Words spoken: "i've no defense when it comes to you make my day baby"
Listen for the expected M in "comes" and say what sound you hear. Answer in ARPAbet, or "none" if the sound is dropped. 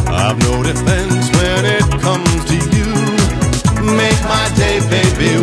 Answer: M